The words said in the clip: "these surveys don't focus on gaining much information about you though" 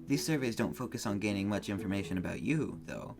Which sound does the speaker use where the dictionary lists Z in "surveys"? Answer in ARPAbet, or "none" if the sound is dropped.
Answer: Z